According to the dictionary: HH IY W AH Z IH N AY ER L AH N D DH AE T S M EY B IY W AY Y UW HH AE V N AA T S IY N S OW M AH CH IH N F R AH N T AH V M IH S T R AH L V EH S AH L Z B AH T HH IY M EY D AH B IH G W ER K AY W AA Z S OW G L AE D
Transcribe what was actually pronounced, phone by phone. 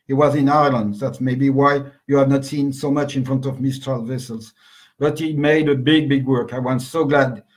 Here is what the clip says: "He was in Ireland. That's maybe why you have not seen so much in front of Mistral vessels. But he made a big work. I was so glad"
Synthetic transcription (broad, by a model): HH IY W AH Z IH N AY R L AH N D DH AE T S M EY B IY W AY Y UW HH AE V N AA T S IY N S OW M AH CH IH N F R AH N T AH V M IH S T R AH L V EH S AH L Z B AH T HH IY M EY D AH B IH G W ER K AY W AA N S OW G L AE D